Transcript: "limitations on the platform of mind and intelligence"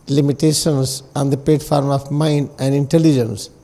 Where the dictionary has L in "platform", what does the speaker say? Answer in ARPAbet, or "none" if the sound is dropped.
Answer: none